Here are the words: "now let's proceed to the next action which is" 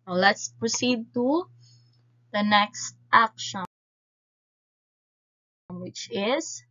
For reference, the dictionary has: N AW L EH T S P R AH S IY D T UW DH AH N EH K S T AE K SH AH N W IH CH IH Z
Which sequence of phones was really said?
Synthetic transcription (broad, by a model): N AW L EH T S P R AH S IY D T UW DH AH N EH K S T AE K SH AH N W IH CH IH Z